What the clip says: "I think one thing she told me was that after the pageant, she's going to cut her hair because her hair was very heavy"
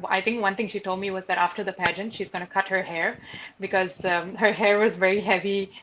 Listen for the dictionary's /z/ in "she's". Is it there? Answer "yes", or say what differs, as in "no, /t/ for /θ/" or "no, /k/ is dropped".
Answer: yes